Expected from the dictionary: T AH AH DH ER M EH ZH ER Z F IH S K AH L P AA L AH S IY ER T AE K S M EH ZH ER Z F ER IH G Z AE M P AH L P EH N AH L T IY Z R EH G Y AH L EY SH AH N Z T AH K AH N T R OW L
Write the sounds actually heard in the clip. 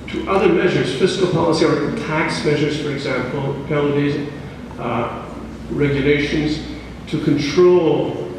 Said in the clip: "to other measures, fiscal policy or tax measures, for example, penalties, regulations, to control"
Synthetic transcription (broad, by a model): T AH AH DH ER M EH ZH ER Z F IH S K AH L P AA L AH S IY ER T AE K S M EH ZH ER Z F ER IH G Z AE M P AH L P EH AH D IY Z R EH G Y AH L EY SH AH N Z T AH K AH N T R OW L